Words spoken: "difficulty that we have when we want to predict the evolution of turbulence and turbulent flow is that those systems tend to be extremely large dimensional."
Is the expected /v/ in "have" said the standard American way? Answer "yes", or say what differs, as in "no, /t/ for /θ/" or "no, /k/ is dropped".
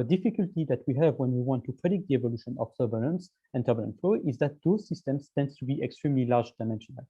yes